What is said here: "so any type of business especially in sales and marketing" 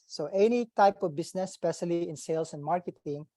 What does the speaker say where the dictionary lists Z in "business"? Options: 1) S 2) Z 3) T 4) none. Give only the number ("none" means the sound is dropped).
1